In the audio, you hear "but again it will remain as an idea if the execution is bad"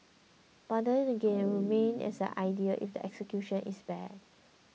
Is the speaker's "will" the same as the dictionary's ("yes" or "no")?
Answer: no